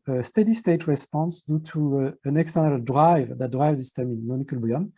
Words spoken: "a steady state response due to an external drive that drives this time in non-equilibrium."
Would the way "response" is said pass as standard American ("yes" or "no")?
yes